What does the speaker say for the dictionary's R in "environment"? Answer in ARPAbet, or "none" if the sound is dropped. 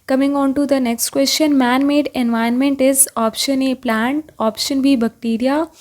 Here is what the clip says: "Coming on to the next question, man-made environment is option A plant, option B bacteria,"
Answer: none